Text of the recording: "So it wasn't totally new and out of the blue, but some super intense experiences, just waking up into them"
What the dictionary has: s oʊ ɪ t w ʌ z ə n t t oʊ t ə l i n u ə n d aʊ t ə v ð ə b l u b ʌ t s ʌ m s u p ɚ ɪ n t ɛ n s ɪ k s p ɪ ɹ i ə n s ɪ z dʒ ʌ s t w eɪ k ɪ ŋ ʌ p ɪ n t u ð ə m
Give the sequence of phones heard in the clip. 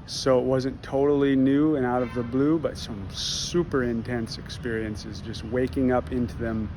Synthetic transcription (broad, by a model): s oʊ ɪ t w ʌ z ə n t t oʊ t l i n u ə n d aʊ t ə v ð ə b l u b ʌ t s ʌ m s u p ɚ ɪ n t ɛ n s ɪ k s p ɪ ɹ i ə n s ɪ z dʒ ʌ s t w eɪ k ɪ ŋ ʌ p ɪ n t u ð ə m